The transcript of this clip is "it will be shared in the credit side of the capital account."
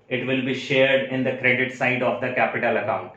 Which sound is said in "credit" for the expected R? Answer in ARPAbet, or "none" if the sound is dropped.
R